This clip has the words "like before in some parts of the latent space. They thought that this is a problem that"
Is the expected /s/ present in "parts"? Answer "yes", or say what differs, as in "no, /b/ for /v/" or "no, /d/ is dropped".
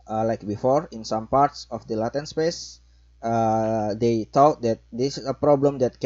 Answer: yes